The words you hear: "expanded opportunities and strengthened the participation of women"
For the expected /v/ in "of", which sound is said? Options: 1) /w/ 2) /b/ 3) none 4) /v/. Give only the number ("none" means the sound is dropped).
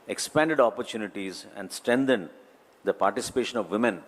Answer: 4